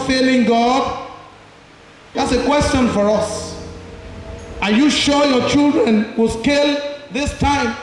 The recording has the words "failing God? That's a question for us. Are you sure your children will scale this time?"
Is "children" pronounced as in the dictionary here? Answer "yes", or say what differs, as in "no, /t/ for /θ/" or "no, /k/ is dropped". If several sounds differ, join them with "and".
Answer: yes